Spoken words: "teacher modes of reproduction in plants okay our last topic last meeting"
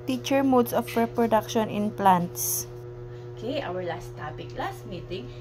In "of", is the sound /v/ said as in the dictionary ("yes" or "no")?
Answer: no